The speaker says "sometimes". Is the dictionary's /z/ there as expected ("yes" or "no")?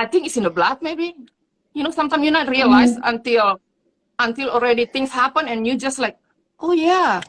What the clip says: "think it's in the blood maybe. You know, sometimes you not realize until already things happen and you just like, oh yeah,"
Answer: no